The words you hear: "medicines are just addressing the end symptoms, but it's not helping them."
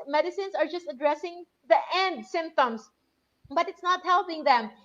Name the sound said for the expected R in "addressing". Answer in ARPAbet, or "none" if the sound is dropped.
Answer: R